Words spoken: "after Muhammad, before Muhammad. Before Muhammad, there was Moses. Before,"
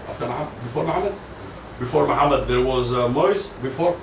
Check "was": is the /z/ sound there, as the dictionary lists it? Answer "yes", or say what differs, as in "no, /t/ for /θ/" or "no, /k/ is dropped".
yes